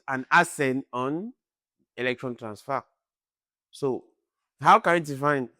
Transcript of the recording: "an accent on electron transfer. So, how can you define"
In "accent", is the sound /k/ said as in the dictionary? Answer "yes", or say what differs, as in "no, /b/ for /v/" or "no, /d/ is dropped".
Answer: no, /k/ is dropped